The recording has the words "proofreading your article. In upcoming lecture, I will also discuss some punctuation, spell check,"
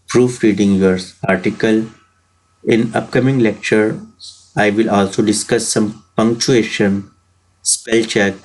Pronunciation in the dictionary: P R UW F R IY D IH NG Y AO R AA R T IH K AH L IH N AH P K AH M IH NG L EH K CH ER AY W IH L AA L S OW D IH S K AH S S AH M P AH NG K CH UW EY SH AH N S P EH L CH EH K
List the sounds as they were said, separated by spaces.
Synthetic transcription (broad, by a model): P R UW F R IY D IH NG Y AO R AA R T IH K AH L IH N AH P K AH M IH NG L EH K CH ER AY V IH L AA L S OW D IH S K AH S S AH M P AH NG K CH UW EY SH AH N S P EH L CH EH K